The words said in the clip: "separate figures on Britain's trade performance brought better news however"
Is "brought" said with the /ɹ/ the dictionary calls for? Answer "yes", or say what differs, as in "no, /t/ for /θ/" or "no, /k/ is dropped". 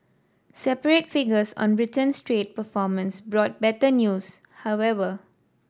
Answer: yes